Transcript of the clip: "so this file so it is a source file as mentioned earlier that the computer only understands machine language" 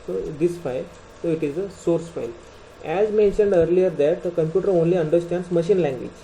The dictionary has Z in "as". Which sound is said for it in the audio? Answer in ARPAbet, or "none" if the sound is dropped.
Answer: Z